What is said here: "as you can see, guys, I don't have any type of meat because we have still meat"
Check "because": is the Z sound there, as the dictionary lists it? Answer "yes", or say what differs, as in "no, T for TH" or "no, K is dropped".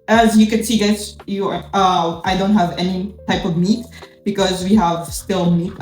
yes